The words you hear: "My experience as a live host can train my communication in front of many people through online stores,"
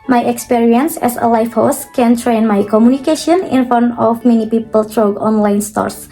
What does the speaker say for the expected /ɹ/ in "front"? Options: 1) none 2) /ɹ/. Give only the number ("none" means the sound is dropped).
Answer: 1